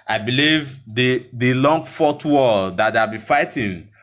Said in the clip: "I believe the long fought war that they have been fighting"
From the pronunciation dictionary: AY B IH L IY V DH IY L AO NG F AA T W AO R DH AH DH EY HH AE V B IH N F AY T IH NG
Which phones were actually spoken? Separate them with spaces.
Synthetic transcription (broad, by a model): AY B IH L IY V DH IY L AO NG F AA T W AO L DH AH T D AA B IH F AY T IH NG